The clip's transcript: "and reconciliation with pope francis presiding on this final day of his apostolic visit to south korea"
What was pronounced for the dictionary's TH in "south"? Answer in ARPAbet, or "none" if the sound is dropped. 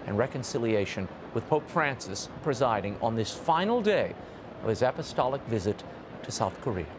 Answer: TH